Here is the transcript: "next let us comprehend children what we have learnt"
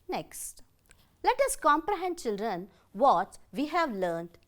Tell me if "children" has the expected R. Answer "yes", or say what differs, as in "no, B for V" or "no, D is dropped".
yes